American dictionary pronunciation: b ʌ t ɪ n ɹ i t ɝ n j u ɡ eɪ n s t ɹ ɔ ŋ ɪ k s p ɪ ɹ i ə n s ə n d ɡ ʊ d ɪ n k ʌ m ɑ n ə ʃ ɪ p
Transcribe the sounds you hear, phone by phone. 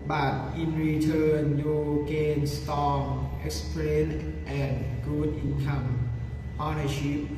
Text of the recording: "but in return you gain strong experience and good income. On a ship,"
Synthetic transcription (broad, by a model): b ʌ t ɪ n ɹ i t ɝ n j u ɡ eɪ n s t ɔ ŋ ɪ k s p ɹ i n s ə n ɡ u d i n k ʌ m ɑ n ə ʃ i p